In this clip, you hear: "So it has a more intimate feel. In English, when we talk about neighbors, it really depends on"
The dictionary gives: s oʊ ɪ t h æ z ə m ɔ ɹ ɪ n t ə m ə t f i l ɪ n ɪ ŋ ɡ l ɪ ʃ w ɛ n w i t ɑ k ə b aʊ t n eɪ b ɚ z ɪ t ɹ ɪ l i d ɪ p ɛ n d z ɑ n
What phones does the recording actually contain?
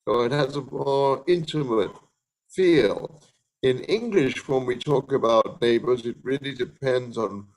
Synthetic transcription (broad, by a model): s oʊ ɪ t h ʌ z ə m ɔ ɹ ɪ n t ə m ə t f i l ɪ n ɪ ŋ ɡ l ɪ ʃ w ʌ n w i t ɑ k ə b aʊ t n eɪ b ɚ z ɪ t ɹ ɪ l i d ɪ p ɛ n d z n